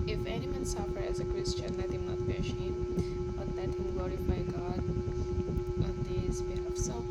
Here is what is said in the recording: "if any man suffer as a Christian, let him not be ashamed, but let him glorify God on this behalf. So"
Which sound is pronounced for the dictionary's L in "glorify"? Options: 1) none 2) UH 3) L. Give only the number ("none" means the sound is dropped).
1